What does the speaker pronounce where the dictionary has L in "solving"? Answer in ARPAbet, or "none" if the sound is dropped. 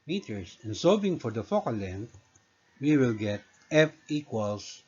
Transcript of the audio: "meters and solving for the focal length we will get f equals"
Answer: none